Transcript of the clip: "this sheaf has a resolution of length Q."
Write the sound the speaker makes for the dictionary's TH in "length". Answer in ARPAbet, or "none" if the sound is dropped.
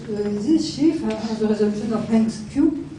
S